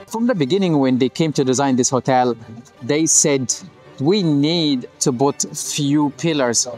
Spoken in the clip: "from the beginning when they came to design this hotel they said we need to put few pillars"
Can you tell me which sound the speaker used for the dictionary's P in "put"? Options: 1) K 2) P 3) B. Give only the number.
3